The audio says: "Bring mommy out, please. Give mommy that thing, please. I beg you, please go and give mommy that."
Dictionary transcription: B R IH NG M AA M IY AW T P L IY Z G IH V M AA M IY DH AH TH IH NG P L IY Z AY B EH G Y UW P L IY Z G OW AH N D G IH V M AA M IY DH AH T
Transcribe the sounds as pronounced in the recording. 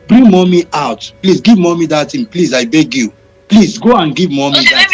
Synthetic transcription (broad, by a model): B R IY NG M AA M IY AW T P L IY S G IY V M AA M IY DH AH T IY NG P L IY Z AY B EH G Y UW P L IY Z G OW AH N G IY V M AA M IY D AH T